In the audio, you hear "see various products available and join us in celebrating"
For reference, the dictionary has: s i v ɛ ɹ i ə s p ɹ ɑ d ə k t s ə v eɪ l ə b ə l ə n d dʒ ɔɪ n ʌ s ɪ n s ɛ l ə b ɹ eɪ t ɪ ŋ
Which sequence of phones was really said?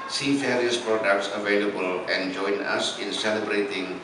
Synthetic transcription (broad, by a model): s i f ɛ ɹ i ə s p ɹ ɑ d ə k t s ə v eɪ l ə b ə l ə n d dʒ ɔɪ n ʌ s ɪ n s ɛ l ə b ɹ eɪ t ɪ ŋ